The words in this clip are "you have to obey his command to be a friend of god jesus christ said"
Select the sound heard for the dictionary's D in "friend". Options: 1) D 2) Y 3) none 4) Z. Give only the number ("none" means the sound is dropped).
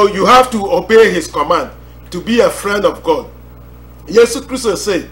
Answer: 1